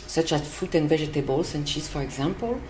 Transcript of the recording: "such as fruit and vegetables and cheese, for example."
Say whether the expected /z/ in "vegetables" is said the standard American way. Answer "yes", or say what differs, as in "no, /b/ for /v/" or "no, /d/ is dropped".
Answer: no, /s/ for /z/